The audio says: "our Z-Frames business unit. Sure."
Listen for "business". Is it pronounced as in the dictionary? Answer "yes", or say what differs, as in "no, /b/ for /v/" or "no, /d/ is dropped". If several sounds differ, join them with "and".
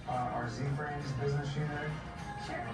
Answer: yes